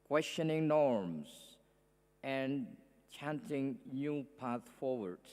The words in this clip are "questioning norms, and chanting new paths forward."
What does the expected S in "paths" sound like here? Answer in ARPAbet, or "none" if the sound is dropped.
none